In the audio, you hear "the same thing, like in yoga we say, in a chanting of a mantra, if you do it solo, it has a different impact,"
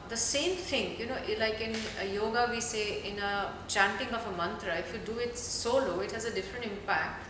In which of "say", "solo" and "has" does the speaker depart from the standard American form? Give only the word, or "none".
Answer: none